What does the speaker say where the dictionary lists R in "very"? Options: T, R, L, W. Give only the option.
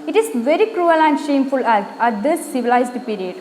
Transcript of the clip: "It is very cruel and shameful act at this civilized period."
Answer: R